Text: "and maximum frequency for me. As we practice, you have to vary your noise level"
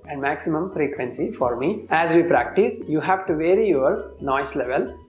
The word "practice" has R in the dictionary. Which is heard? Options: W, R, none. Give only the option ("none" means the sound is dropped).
R